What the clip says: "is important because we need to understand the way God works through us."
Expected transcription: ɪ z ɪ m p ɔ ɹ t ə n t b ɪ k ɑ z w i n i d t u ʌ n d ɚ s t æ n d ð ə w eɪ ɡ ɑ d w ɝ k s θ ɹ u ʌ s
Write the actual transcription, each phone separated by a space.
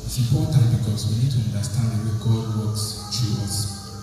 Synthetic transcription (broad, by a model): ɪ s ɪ m p ɔ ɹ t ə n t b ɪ k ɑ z w i n i d t u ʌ n d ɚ s t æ n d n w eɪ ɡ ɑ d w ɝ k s t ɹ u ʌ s